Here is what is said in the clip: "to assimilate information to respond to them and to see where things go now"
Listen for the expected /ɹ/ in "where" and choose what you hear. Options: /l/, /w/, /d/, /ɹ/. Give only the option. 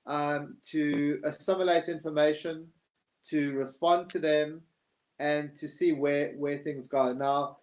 /w/